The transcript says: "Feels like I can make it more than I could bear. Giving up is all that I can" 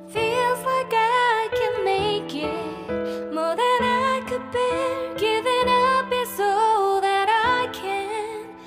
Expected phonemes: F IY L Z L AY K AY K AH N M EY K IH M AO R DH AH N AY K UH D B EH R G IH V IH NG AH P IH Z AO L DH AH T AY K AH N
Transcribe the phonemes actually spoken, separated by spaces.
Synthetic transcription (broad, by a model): F IY L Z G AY AY K AH N M EY K IH M AO R DH AH N AY K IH D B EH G IH V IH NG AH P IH S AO DH AH T AY K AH N